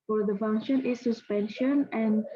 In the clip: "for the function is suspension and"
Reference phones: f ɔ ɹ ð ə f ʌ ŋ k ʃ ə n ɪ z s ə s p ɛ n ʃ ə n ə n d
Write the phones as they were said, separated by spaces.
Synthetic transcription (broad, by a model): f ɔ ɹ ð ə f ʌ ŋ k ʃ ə n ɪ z s ə s p ɛ n ʃ ə n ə n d